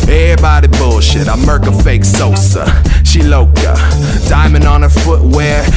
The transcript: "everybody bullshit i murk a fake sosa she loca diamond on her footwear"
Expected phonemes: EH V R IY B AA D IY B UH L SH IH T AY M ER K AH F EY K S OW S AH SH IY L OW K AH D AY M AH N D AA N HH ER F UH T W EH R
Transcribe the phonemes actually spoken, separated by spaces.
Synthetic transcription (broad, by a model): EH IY B AA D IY B UH L SH IH T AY M ER K AH F EY K S OW S AH SH IY L OW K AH D AY M AH N D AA N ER F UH T W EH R